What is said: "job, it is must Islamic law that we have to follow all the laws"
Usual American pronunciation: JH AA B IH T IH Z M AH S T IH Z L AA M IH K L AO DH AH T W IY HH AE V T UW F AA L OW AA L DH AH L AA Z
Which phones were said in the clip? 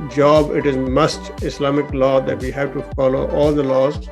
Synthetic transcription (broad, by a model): JH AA B IH T IH Z M AH S T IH S L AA M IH K L AO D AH T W IY HH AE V T UW F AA L OW AA L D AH L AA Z